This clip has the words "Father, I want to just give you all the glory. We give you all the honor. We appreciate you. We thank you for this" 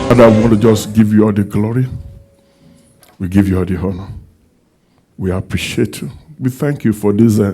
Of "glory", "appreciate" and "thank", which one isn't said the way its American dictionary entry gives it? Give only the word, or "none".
none